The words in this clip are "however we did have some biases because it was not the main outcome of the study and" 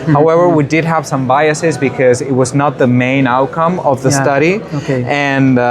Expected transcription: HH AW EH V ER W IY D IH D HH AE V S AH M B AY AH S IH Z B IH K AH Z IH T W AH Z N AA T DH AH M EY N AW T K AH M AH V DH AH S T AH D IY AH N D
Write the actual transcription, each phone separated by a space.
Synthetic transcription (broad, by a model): HH AW EH V ER W IY D IH D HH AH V S AH M B AY AH S IH Z B IH K AH Z IH T W AH Z N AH T DH AH M EY N AW T K AH M AH V DH AH S T AH D IY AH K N